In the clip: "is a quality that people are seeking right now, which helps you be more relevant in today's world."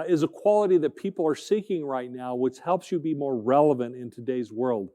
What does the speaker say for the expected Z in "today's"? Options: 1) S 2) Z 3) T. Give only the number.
2